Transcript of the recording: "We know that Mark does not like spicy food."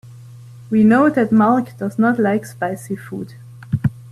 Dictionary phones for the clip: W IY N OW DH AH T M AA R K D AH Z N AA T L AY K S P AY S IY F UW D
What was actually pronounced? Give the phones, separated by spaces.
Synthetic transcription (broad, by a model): W IY N OW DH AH T M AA L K D AH Z N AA T L AY K S P AY S IY F UW D